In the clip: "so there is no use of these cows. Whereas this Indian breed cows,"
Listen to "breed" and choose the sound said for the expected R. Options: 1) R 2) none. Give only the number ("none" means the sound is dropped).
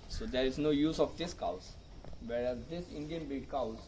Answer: 2